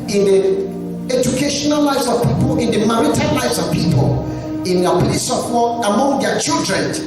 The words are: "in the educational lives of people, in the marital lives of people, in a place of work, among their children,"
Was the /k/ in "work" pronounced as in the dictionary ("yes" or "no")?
no